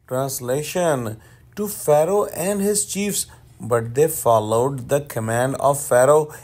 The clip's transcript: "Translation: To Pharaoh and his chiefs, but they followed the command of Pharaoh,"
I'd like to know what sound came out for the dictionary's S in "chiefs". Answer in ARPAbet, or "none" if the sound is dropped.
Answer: S